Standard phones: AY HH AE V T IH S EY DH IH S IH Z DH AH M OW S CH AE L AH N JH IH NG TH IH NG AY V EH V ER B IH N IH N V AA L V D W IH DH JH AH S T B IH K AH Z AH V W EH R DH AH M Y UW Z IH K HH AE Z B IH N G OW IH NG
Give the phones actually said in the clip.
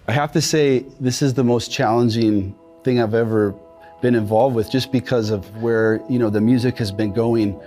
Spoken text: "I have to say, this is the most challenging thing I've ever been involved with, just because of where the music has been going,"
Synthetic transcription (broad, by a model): AY HH AE F T IH S EY DH IH S IH Z DH AH M OW S CH AE L AH N JH IH NG TH IH NG AY V EH V ER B IH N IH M V AA L V D W IH DH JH AH S B IH K AH Z AH V W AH R DH AH M Y UW Z IH K HH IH Z B IH N G OW IH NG